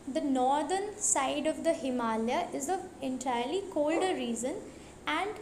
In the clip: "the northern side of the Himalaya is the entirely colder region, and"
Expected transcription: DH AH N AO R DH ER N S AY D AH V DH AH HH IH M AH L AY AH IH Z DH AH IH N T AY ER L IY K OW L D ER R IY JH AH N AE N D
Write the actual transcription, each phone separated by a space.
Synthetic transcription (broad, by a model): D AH N AO R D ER N S AY D AH V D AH HH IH M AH L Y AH IH Z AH IH N T AY ER L IY K OW L D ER R IY Z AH N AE N D